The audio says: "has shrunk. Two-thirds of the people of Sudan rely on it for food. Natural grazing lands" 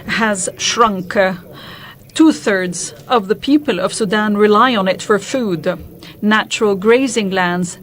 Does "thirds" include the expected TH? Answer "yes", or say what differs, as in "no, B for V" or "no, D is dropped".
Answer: yes